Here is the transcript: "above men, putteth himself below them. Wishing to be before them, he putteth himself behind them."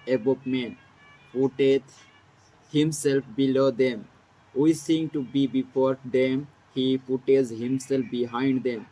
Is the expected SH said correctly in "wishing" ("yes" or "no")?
no